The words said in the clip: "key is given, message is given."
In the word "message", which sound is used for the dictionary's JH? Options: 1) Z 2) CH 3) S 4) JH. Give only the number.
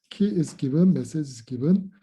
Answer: 1